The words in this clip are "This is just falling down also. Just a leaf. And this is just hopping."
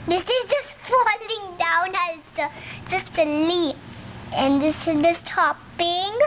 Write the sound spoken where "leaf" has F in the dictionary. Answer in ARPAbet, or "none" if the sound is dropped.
none